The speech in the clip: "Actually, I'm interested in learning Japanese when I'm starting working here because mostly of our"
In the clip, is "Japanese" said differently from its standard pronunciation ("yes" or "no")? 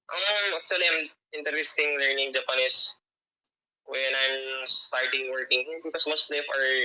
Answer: yes